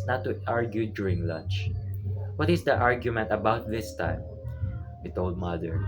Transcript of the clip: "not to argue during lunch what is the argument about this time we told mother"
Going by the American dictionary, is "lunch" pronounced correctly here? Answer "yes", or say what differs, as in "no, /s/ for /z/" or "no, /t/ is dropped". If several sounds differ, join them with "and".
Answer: yes